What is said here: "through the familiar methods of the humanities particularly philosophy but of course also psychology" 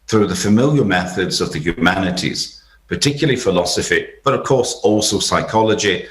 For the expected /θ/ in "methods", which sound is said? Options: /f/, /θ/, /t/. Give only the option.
/θ/